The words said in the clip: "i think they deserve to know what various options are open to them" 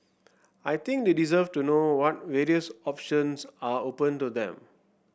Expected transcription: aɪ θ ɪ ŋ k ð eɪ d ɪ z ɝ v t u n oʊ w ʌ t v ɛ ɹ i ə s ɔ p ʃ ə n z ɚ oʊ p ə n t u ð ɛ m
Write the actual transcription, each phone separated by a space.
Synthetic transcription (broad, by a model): aɪ t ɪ ŋ k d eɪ d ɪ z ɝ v t u n oʊ w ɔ t v ɛ ɹ i ə s ɔ p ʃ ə n s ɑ oʊ p ə n t u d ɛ m